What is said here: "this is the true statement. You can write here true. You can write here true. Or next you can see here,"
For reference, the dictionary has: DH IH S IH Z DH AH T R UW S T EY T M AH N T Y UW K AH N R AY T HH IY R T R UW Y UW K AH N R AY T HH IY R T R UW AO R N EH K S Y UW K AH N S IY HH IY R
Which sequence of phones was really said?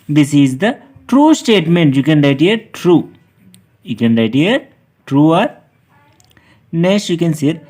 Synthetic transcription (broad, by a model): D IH S IH Z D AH T R UW S T EY T M AH N T Y UW K AH N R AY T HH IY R T R UW Y UW K AH N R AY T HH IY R T R UW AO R N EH S Y UW K AH N S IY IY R